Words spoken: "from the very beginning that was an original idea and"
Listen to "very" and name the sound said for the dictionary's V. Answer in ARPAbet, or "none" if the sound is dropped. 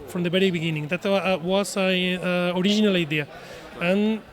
B